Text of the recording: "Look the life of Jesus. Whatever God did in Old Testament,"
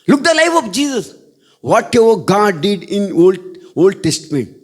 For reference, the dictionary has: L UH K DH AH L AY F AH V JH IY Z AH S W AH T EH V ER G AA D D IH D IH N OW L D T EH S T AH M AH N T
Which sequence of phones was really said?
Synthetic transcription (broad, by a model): L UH K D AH L AY F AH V JH IY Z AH S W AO T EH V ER G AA D D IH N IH L OW L D T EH S T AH M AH N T